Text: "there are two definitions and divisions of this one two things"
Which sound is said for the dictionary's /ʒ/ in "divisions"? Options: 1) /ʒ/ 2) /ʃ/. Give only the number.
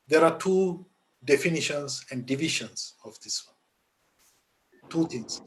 2